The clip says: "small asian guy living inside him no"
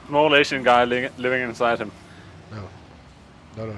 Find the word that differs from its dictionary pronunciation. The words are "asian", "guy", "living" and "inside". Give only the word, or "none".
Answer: asian